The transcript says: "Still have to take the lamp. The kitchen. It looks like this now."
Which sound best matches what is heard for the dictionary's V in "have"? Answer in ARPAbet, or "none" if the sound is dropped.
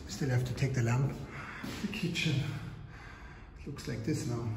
F